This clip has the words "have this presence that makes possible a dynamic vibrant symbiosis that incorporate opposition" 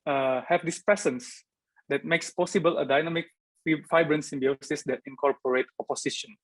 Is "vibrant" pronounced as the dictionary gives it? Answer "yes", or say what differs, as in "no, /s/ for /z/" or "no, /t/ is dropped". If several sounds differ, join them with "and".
no, /f/ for /v/